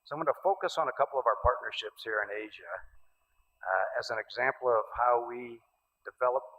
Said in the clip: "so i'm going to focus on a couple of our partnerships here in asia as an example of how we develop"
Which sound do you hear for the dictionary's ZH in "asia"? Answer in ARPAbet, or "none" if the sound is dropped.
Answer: ZH